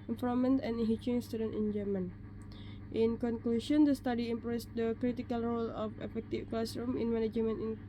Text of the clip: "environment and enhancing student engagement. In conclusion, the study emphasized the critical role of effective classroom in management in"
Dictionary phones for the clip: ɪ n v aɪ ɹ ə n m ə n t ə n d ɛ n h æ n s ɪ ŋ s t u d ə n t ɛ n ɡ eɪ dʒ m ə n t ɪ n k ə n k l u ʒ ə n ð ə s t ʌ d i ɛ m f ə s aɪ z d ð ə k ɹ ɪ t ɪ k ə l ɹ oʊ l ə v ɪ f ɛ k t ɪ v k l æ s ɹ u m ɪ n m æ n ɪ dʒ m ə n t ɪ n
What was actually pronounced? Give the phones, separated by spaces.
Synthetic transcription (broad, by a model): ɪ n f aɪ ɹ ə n m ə n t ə n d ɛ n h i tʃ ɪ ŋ s t u d ə n t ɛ n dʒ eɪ m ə n t ɪ n k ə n k l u ʃ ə n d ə s t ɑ d i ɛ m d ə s d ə k ɹ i t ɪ k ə l ɹ oʊ l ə f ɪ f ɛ k t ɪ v k l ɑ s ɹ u m ɪ n m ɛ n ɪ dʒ m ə n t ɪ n